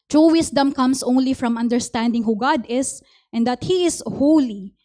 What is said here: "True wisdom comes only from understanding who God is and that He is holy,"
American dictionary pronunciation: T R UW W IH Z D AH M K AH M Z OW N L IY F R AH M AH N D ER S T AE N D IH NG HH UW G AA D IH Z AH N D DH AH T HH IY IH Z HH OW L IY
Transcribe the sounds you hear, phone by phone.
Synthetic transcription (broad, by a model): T R UW W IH S D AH M K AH M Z OW N L IY F R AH M AH N D ER S T AE N D IH NG HH UW G AA D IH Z AH N D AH T HH IY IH S HH OW L IY